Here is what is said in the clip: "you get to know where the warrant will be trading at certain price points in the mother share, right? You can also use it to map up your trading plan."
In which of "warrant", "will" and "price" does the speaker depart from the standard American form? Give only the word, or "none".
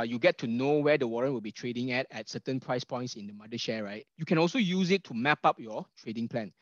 none